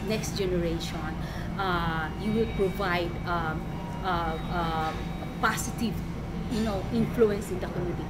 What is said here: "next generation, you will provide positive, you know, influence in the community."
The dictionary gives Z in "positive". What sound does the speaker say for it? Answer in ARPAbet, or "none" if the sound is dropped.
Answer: S